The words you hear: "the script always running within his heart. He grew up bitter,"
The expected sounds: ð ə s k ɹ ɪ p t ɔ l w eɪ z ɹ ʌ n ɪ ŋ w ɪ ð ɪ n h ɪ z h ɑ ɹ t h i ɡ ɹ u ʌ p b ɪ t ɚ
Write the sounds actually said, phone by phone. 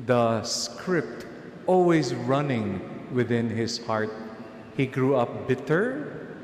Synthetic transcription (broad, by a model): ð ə s k ɹ ɪ p t ɔ l w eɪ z ɹ ʌ n ɪ ŋ w ɪ ð ɪ n h ɪ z h ɑ ɹ t h i ɡ ɹ u ʌ p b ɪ t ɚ